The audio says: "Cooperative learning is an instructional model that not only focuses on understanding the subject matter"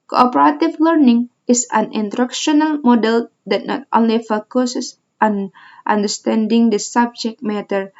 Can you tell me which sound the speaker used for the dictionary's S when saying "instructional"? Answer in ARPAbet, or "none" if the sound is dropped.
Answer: none